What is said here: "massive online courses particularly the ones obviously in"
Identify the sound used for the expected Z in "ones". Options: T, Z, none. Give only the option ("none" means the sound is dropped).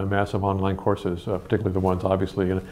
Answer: Z